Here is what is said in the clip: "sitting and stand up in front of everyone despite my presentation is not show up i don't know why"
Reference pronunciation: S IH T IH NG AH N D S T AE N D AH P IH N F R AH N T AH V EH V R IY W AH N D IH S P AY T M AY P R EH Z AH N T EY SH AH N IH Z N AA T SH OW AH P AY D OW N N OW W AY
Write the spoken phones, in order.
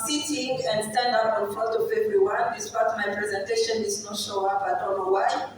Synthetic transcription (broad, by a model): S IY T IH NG AH N D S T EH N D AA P IH N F AO T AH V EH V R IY W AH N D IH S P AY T M AY P R EH Z AH N T EY SH AH N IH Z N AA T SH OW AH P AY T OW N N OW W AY